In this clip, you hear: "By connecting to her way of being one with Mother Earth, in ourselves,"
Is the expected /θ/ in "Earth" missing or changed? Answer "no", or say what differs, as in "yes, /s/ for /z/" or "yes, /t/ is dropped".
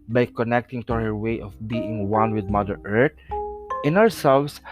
yes, /t/ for /θ/